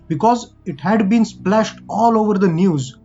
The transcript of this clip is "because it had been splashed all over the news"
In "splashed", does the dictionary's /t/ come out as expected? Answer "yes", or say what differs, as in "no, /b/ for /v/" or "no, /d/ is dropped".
yes